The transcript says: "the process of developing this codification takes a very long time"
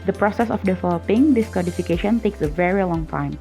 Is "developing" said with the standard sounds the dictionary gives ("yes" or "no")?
no